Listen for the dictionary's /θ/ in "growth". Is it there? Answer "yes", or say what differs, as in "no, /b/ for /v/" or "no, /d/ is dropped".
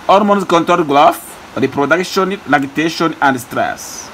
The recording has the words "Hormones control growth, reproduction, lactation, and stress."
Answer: no, /f/ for /θ/